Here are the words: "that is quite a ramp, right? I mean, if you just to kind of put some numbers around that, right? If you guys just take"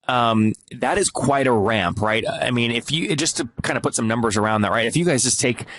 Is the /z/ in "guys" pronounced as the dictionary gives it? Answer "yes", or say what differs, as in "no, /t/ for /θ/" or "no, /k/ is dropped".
yes